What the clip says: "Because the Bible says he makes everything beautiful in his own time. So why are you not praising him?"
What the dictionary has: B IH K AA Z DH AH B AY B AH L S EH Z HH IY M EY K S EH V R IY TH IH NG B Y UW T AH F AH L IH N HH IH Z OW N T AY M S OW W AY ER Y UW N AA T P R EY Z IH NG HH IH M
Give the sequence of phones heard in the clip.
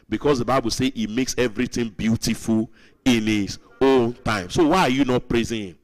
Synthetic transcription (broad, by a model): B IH K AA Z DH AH B AY B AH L S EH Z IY M EY K S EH V R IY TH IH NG B Y UW T AH F AH L IH N HH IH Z OW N T AY M S OW W AY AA Y UW N AA T P R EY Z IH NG HH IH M